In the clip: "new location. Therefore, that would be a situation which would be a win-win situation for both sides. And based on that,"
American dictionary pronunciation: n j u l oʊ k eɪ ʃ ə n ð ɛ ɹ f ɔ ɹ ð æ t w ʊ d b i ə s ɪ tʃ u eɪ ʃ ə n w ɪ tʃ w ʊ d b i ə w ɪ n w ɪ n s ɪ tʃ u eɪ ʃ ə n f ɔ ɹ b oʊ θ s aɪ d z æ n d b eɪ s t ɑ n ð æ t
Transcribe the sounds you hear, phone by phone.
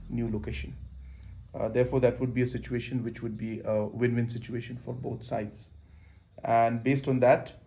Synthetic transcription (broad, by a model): n j u l oʊ k eɪ ʃ ə n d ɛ ɹ f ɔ ɹ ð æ t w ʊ d b i ə s ɪ tʃ u eɪ ʃ ə n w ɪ tʃ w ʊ d b i ə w ɪ n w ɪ n s ɪ tʃ u eɪ ʃ ə n f ɔ ɹ b oʊ t s aɪ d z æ n d b eɪ s t ɑ n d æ t